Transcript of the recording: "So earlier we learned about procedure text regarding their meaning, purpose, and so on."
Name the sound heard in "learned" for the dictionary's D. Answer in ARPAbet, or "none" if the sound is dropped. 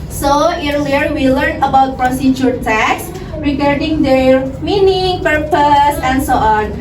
none